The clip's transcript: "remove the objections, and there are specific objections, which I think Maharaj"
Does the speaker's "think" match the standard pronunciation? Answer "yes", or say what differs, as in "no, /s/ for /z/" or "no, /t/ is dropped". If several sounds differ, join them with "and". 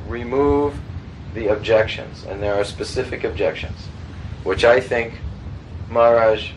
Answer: yes